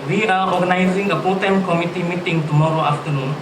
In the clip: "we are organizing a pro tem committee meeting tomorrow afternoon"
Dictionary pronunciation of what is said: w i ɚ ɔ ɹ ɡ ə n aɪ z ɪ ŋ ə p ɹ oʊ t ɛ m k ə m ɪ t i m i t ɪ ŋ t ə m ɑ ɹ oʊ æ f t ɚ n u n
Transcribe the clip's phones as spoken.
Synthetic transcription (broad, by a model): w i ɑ ɔ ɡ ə n aɪ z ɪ ŋ ə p oʊ t ɛ m k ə m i t i m i t ɪ ŋ t ə m ɑ ɹ oʊ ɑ f t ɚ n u n